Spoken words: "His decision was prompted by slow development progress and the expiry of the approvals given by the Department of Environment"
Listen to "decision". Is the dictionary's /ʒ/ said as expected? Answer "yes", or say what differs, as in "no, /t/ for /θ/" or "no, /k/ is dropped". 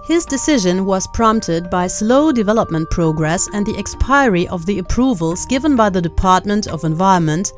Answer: yes